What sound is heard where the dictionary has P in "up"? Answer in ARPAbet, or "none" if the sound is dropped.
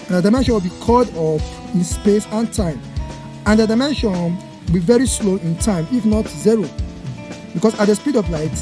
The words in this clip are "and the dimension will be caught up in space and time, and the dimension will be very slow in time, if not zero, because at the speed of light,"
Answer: F